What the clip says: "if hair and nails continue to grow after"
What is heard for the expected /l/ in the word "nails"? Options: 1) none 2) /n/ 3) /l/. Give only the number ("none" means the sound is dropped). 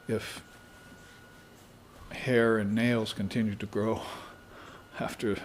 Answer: 3